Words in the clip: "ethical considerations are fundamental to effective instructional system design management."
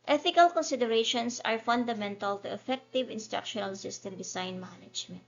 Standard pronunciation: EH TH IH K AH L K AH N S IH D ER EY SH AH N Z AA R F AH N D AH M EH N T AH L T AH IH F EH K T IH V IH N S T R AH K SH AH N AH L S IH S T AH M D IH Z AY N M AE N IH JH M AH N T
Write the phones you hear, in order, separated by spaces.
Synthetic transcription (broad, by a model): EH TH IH K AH L K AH N S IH D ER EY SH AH N S AA R F AH N D AH M EH N T AH L T AH IH F EH K T IH V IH N S T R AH K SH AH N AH L S IH S T AH M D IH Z AY N M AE N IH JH M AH N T